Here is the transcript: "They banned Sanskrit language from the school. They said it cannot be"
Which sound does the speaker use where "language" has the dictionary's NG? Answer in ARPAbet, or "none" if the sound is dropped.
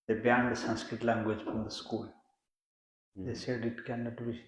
NG